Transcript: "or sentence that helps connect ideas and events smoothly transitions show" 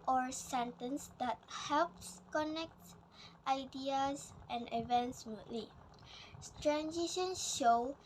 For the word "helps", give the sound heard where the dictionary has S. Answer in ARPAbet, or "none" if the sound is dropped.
S